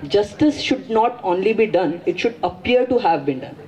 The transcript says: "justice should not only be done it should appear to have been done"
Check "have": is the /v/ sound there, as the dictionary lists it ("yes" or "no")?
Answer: yes